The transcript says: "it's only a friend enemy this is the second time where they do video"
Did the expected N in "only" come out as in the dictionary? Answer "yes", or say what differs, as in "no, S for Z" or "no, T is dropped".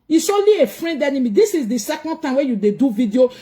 no, N is dropped